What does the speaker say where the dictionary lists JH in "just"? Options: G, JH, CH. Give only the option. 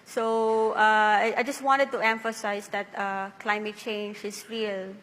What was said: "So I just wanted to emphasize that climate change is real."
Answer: JH